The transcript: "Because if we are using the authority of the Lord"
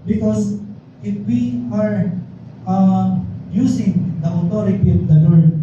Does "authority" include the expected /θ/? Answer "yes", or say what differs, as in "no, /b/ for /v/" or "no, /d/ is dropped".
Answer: no, /t/ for /θ/